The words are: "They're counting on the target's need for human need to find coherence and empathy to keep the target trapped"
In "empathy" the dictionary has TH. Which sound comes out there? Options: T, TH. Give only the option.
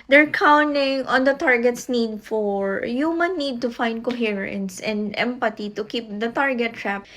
T